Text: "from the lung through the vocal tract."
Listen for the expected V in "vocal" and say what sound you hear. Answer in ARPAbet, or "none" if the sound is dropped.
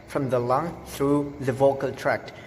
V